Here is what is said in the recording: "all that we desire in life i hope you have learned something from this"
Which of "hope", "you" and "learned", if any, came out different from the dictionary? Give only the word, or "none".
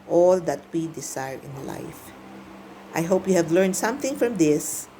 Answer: none